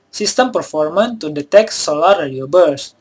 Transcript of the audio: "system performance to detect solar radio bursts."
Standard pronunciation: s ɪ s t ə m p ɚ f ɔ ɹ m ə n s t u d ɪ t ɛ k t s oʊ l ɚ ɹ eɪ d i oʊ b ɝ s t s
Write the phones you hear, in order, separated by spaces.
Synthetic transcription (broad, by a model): s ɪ s t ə m p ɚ f ɔ ɹ m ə n t u d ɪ t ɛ k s oʊ l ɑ ɹ eɪ d i oʊ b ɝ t s